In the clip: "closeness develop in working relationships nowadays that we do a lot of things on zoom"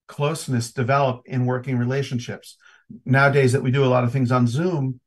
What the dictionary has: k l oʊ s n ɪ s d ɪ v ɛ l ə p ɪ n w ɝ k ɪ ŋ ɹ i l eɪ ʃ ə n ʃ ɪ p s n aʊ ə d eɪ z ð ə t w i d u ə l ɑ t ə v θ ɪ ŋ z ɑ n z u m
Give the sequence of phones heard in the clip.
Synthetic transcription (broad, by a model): k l oʊ s n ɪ s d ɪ v ɛ l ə p ɪ n w ɝ k ɪ ŋ ɹ i l eɪ ʃ ə n ʃ ɪ p s n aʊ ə d eɪ z ð ə t w i d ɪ ə l ɑ t ə v θ ɪ ŋ z n z u m